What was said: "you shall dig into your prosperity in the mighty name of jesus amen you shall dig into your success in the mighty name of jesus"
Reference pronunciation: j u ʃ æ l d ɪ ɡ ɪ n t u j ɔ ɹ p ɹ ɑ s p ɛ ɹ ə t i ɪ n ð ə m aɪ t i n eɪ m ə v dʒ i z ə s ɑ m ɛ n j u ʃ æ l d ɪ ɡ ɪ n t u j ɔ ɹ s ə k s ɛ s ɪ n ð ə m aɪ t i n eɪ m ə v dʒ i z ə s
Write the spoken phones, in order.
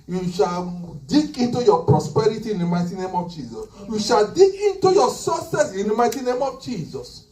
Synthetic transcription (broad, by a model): j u ʃ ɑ l d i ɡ ɪ n t u j ɔ p ɹ ɑ s p ɛ ɹ ə t i ɪ n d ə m aɪ t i n eɪ m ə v dʒ i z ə s j u ʃ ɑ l d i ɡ ɪ n t u j ɔ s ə s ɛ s ɪ n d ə m aɪ t i n eɪ m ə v dʒ i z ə s